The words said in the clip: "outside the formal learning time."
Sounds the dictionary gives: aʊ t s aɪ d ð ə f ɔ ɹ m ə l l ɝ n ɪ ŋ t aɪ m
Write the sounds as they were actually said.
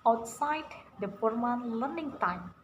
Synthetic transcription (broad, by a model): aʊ t s aɪ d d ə p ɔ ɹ m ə n l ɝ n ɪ ŋ t aɪ m